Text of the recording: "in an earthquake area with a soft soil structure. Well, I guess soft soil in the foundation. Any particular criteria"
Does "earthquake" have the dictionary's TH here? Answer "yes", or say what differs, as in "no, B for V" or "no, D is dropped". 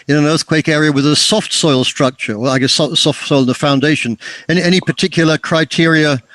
yes